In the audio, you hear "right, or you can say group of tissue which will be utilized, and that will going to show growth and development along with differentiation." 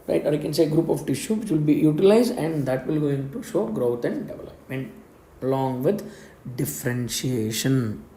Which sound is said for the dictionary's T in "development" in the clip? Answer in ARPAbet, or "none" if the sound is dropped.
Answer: none